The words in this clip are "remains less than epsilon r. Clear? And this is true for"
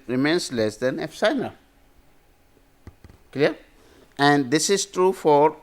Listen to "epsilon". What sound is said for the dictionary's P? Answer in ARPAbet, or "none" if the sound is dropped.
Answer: F